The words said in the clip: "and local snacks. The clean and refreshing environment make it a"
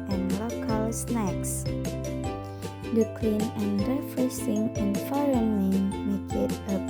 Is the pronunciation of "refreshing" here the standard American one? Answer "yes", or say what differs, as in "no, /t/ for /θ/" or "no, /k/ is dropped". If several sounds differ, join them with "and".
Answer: no, /s/ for /ʃ/